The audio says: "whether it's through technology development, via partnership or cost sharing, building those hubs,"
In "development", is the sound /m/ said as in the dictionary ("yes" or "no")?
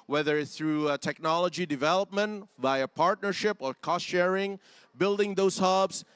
yes